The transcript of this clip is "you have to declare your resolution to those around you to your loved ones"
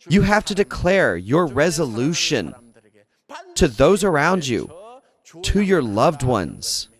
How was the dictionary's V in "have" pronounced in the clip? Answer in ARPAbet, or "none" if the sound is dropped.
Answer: F